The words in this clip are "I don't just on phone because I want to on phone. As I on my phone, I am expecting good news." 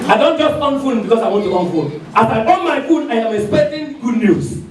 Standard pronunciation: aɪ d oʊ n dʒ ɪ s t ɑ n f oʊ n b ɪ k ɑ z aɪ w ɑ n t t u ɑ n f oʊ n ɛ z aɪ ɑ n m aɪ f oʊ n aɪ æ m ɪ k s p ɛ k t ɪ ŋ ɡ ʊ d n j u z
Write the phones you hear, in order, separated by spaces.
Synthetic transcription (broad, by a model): aɪ d oʊ n dʒ ɪ s t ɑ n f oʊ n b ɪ k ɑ s aɪ w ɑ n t t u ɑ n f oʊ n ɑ s aɪ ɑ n m aɪ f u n aɪ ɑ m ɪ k s p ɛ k t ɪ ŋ ɡ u d n j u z